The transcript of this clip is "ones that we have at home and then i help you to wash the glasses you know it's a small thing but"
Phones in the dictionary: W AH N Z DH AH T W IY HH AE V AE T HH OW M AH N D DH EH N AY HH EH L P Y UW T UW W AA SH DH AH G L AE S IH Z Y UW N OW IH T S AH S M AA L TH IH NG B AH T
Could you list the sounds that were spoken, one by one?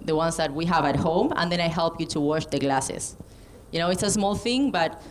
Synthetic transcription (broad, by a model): W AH N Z DH AH T W IY HH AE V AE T HH OW M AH N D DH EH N AY HH EH L P Y UW T UW W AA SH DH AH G L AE S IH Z Y UW N OW IH T S AH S M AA L TH IH NG B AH T